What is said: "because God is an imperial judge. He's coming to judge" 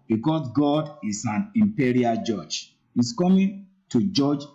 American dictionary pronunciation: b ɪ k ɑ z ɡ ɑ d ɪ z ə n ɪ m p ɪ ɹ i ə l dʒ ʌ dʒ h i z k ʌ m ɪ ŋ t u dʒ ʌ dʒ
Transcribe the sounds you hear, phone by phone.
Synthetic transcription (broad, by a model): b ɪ k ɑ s ɡ ɑ d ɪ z ə n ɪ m p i ɹ i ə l dʒ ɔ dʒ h i s k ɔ m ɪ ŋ t u dʒ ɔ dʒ